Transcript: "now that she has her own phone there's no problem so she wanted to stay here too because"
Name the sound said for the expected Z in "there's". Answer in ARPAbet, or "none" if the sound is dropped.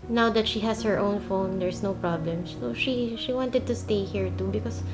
S